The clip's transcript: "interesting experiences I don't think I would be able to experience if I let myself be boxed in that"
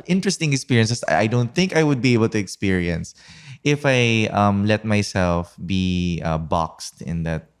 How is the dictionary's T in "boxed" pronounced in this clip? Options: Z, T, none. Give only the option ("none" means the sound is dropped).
T